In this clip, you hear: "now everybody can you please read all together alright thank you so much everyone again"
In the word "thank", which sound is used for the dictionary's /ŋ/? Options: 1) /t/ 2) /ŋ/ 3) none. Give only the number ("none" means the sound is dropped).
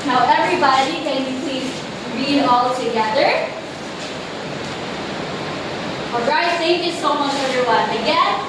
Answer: 3